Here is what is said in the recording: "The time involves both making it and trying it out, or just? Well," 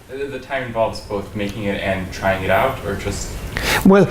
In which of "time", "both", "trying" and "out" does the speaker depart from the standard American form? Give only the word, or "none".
none